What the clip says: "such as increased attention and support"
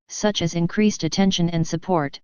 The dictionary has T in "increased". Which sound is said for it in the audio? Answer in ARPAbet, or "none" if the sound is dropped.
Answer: T